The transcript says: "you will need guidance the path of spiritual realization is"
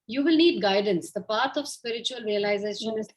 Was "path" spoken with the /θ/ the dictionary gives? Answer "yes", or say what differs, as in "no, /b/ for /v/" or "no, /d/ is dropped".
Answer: no, /t/ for /θ/